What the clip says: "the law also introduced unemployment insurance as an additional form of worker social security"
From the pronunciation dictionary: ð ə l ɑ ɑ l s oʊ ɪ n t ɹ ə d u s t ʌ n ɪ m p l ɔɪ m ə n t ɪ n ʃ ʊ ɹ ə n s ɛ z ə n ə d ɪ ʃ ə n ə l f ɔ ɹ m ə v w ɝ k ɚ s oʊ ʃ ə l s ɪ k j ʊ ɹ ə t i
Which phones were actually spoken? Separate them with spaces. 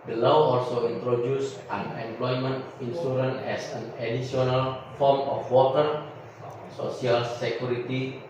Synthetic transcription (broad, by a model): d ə l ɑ ɑ l s oʊ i n t ɹ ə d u s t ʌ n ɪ m p l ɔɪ m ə n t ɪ n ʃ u ɹ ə n ɛ s ə n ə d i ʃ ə n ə l f ɔ ɹ m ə f w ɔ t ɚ s oʊ s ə l s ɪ k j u ɹ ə t i